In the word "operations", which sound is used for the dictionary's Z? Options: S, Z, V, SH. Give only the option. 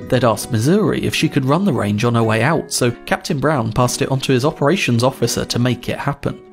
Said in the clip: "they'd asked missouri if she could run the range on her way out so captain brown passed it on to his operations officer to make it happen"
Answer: Z